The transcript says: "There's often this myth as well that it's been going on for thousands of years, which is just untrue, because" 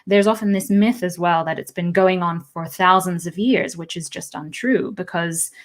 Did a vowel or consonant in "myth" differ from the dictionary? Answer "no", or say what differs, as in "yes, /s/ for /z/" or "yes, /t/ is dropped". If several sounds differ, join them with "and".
no